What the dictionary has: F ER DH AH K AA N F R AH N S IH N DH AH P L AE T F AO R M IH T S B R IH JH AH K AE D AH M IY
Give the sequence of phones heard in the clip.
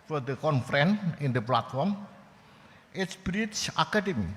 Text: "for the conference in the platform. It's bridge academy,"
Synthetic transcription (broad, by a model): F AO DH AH K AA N F R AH N IH N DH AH P L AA T F AO R M IH T S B R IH CH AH K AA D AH M IY